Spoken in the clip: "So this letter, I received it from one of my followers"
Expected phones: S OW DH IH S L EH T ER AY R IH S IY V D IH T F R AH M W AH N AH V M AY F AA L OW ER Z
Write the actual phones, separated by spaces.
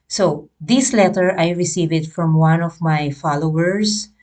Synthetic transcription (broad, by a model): S OW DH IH S L EH T ER AY R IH S IY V IH T F R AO M W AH N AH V M AY F AA L OW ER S